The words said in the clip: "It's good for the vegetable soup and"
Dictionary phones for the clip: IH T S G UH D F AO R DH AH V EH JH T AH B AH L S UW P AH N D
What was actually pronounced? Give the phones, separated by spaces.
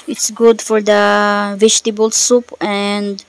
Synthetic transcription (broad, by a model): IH T S G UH D F AO R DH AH V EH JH T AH B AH L S UW P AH N D